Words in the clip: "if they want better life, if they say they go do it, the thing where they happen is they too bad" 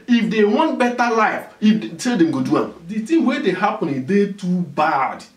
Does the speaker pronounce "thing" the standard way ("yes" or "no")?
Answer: no